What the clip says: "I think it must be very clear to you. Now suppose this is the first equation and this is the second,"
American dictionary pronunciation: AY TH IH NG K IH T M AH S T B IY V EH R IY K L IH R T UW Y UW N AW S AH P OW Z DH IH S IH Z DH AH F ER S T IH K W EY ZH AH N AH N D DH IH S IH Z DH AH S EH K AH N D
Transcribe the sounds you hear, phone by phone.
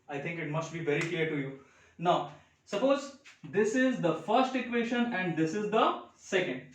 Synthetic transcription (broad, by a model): AY T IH NG K IH T M AH S T B IY V EH R IY K L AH R T UW Y UW N AW S AH P OW Z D IH S IH Z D AH F ER S T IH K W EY SH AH N AH N D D IH S IH Z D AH S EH K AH N D